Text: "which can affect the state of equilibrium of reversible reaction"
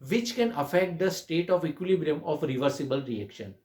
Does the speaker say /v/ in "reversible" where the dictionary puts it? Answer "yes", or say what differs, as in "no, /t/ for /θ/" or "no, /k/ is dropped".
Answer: yes